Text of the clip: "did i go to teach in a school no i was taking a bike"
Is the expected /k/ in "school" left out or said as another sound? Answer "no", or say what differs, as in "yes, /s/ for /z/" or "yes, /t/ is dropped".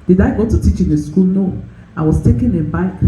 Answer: no